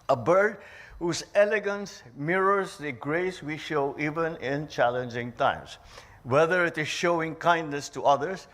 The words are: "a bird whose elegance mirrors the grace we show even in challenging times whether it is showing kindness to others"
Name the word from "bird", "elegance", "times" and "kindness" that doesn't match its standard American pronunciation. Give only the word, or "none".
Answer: times